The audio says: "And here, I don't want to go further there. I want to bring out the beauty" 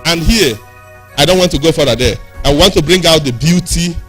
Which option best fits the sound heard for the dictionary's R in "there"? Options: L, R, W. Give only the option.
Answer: W